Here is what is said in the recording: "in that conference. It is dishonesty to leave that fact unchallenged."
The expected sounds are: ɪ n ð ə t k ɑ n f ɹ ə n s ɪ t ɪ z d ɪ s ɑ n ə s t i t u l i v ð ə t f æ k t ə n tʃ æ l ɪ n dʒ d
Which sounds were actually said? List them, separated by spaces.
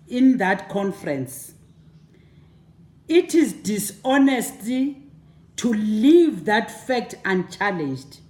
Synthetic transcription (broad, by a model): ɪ n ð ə t k ɑ n f ɹ ə n s ɪ t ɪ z d ɪ s ɑ n ə s t i t u l i v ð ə t f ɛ k t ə n tʃ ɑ l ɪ n dʒ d